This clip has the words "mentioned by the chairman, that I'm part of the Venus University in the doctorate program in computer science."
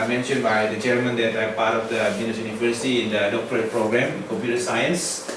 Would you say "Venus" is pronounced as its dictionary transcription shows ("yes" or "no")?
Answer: no